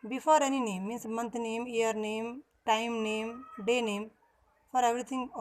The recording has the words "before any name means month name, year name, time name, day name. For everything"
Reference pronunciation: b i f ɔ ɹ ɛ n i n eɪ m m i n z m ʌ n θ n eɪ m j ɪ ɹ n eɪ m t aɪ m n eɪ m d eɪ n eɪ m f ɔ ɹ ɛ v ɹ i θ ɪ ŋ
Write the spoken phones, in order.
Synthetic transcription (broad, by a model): b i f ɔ ɹ ɛ n i n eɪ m m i n s m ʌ n t n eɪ m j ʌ ɹ n eɪ m t aɪ m n eɪ m d eɪ n eɪ m f ɔ ɹ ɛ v ɹ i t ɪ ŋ